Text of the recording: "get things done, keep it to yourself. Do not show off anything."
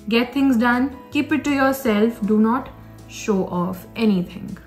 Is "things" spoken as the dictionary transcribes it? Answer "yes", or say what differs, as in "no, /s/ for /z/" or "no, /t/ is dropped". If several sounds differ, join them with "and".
no, /t/ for /θ/